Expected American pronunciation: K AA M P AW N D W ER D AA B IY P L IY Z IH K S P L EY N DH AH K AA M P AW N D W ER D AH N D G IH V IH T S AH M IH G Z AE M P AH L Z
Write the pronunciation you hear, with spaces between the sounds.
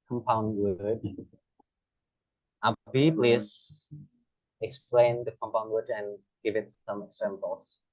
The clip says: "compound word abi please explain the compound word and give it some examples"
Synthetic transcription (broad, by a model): K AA M P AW N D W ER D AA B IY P L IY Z IH K S P L EY N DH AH K AA M P AW N D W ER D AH N G IH V IH T S AH M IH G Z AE M P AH L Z